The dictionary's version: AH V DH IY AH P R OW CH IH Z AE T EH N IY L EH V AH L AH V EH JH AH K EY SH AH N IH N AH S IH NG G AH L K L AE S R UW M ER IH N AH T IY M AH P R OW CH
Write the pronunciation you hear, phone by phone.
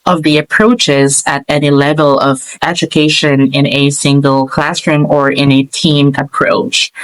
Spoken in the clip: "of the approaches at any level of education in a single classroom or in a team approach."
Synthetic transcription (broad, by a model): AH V DH IY AH P R OW CH IH Z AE T EH N IY L EH V AH L AH V EH JH AH K EY SH AH N IH N AH S IH NG G AH L K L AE S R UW M ER IH N AH T IY M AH P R OW CH